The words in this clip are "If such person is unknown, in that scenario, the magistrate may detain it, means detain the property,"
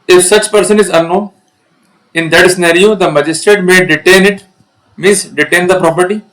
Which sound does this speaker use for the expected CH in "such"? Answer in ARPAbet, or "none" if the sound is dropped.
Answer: CH